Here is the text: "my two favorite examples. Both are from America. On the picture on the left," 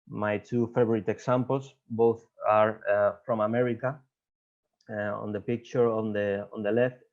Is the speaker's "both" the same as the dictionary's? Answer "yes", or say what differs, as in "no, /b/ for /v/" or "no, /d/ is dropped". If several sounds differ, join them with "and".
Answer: yes